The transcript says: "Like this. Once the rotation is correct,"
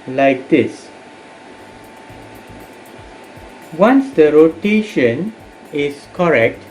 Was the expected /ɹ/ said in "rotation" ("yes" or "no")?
yes